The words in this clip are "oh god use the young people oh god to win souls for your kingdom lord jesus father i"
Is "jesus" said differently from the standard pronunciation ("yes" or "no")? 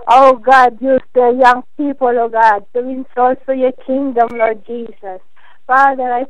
yes